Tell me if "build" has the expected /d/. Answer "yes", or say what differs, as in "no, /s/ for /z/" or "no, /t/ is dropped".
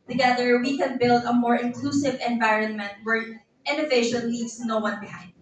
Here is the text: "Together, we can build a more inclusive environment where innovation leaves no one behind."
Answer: yes